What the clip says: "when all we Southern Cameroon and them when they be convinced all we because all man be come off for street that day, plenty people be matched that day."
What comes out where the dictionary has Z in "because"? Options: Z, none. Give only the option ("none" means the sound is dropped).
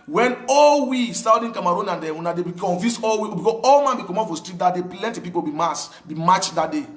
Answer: none